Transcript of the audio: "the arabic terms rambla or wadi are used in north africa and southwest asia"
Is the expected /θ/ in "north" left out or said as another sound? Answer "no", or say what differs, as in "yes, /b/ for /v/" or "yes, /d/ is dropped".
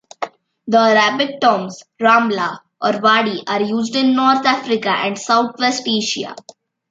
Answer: yes, /t/ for /θ/